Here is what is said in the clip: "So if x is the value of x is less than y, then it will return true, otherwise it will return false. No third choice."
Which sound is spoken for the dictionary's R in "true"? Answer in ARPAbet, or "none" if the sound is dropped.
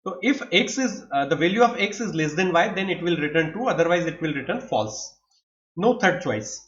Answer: none